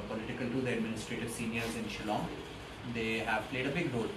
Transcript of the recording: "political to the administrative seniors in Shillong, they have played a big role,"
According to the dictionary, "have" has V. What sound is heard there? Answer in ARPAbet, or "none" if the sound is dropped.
V